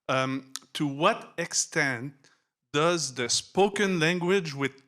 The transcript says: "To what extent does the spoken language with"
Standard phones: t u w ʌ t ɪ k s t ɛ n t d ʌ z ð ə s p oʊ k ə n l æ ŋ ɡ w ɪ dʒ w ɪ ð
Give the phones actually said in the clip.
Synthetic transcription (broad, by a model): t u w ʌ t ɪ k s t ɛ n t d ʌ z ð ə s p oʊ k ə n l æ ŋ ɡ w ɪ dʒ w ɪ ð